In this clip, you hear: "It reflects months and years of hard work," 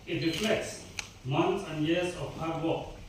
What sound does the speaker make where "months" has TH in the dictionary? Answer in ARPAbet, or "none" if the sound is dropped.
T